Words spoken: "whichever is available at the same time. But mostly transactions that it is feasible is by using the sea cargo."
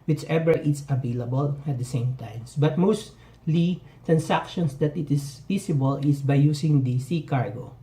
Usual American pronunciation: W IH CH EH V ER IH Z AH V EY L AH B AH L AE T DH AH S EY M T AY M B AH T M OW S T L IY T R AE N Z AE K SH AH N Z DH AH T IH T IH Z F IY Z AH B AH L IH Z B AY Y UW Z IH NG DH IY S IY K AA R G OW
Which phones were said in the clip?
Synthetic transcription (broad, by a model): W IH CH EH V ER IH S AH V EY L AH B AH L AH T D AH S EY M T AY M B AH T M OW S T L IY T R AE N S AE K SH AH N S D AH T IH T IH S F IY S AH B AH L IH S B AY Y UW S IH NG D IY S IY K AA R G OW